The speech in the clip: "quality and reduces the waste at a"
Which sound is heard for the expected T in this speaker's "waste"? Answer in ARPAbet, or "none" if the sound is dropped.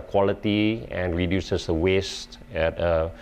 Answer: T